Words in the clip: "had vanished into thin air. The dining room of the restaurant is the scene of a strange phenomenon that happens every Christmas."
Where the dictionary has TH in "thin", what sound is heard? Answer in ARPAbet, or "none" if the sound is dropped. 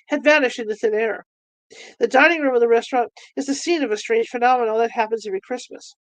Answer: TH